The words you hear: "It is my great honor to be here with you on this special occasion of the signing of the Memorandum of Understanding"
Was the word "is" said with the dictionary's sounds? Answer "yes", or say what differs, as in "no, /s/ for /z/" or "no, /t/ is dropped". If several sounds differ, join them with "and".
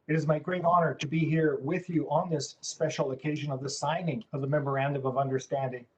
yes